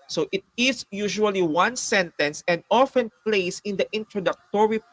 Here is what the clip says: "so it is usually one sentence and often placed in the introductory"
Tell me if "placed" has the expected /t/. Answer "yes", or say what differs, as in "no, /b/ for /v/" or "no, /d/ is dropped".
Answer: no, /t/ is dropped